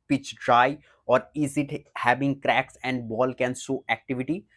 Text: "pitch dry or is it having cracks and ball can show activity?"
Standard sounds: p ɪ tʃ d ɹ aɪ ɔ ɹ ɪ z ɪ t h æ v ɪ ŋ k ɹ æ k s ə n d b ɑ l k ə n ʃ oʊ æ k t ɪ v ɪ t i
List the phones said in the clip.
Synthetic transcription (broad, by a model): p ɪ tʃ d ɹ aɪ ɔ ɹ ɪ z ɪ t h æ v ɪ ŋ k ɹ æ k s ə n d b ɑ l k ə n s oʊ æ k t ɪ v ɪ t i